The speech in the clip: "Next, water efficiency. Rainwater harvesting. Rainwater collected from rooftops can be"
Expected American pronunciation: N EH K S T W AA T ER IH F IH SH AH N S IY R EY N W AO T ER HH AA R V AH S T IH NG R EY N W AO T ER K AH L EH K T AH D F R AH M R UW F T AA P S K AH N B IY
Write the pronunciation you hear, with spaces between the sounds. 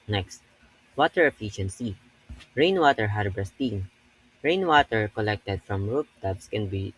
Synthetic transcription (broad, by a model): N EH K S T W AA T ER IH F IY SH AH N S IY R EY N W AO T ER HH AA R B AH S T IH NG R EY N W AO T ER K AH L EH K T AH D F R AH M R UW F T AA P S K AH N B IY